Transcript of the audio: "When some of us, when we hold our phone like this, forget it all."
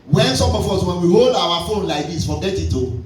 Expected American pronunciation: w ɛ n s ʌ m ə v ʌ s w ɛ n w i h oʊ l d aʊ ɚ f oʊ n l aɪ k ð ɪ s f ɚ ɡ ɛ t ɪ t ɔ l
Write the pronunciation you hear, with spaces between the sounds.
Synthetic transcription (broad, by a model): w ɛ n s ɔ m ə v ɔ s w ɛ n w i h oʊ l d aʊ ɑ f oʊ n l aɪ k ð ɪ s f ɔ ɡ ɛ t ɪ t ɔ